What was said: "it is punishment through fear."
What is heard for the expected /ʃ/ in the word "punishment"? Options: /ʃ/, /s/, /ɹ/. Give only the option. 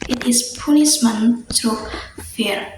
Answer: /s/